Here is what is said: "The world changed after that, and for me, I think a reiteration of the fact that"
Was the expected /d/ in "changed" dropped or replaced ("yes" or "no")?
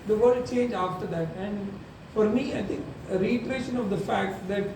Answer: yes